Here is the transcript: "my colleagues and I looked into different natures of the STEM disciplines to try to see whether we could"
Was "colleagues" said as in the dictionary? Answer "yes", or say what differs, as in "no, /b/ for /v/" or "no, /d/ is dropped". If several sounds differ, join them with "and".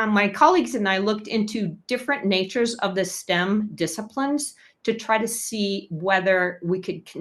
yes